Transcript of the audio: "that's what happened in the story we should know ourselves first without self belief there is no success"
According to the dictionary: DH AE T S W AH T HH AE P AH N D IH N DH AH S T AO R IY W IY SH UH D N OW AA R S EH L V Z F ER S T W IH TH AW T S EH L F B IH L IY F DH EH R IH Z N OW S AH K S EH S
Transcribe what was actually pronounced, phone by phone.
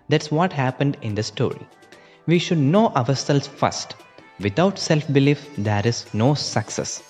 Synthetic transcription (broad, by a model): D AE T S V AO T HH AE P AH N D IH N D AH S T AO R IY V IY SH UH D N OW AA R S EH L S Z F ER S T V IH T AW T S EH L F B IH L IY F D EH R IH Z N OW S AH K S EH S